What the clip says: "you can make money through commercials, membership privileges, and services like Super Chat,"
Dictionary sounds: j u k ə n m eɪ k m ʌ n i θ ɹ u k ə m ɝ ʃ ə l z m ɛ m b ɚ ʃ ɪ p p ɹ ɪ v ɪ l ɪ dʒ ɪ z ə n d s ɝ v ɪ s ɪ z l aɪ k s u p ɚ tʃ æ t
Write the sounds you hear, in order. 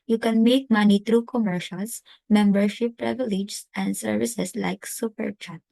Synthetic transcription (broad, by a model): j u k ə n m eɪ k m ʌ n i t ɹ u k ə m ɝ ʃ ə l s m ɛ m b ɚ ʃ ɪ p p ɹ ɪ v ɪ l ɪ dʒ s ə n d s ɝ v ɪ s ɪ s l aɪ k s u p ɚ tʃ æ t